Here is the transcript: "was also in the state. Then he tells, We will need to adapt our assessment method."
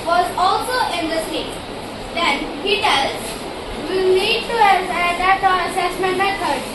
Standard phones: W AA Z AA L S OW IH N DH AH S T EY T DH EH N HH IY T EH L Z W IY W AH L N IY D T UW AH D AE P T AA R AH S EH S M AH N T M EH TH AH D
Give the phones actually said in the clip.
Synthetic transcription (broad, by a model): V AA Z AA L S OW IH N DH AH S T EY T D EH N HH IY T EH L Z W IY N IY D T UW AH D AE T AH S EH S M AH N T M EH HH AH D